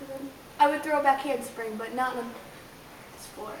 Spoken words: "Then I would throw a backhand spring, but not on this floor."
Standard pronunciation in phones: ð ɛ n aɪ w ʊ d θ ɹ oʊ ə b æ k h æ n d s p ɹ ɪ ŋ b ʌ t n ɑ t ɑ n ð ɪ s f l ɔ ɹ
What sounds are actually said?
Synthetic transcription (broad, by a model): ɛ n aɪ w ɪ d θ ɹ oʊ ə b æ k h æ n d s p ɹ ɪ ŋ b ʌ t n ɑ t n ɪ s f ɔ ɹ